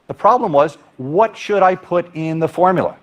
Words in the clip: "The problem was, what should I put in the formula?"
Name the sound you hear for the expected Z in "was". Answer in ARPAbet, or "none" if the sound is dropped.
Z